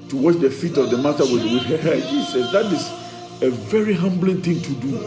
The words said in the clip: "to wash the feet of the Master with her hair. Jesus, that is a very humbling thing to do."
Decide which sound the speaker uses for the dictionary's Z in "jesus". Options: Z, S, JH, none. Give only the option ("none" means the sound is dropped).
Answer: S